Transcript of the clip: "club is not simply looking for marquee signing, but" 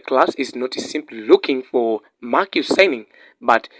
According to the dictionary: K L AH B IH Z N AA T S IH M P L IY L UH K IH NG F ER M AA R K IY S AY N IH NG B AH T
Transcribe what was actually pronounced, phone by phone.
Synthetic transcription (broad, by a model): K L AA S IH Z N AA T S IH M P L IY L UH K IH NG F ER M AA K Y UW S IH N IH NG B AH T